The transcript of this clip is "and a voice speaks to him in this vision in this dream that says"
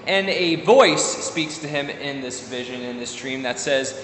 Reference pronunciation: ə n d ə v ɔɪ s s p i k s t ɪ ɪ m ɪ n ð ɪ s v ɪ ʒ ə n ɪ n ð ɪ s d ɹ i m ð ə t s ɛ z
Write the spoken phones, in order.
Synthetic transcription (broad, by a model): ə n ə v ɔɪ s s p i k s t ɪ ɪ m ɪ n ð ɪ s v ɪ ʒ ə n ɪ n ð ɪ s d ɹ i m ð ə t s ɛ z